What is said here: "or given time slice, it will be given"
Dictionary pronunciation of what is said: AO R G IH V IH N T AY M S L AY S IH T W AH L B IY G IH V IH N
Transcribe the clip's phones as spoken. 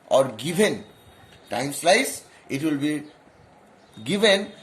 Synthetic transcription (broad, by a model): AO R G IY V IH N T AY M S L AY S IH T W AH L B IY G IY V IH N